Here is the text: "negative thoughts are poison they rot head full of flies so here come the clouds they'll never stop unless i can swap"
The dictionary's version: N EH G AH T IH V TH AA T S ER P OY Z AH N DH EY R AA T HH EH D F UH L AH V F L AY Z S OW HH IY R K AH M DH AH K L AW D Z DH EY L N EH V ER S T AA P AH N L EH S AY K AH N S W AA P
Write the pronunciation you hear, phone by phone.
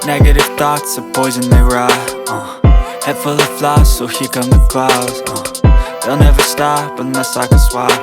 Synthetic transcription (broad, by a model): N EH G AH T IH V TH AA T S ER P OY Z AH N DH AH R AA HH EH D F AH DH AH F L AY S OW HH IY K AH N DH AH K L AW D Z DH EY L N EH V ER S T AA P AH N AH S AY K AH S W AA